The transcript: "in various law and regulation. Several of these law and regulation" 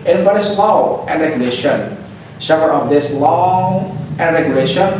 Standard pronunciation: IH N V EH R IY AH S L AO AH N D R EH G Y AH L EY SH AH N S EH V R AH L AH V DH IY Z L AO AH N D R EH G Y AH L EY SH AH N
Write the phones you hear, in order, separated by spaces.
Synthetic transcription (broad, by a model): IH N F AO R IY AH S L AO AH N D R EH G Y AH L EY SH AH N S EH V AH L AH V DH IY S L AO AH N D R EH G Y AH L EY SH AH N